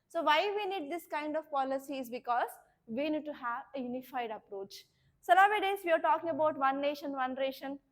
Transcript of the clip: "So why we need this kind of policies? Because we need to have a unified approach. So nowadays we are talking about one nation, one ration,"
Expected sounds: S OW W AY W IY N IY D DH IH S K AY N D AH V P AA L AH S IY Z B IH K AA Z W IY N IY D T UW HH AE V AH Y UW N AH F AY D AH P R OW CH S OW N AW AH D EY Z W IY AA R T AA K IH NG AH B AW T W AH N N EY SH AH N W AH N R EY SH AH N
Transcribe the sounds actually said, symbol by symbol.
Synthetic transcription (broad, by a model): S OW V AY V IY N IY D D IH S K AY N D AH V P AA L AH S IY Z B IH K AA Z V IY N IY D T UW HH AE V AH Y UW N AH F AY D AH P R OW CH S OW L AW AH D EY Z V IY AA R T AA K IH NG AH B AW T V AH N N EY SH AH N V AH N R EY SH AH N